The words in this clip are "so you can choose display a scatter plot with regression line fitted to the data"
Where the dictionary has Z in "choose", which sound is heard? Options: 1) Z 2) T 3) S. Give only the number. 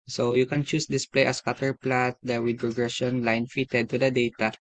3